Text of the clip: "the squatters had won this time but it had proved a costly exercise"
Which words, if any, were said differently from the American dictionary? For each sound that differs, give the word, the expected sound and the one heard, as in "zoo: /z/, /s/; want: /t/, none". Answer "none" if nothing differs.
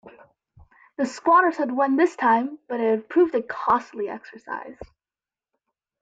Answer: none